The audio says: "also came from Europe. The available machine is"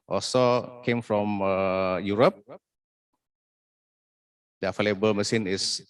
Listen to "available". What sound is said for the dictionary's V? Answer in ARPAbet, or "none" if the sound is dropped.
F